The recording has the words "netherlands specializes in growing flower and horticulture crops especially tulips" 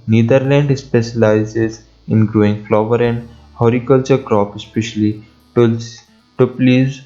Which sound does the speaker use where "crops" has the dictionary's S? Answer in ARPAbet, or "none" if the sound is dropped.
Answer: none